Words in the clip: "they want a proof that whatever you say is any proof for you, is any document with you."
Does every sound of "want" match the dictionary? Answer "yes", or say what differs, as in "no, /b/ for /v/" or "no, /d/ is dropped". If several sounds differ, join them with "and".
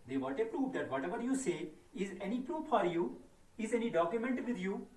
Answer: no, /n/ is dropped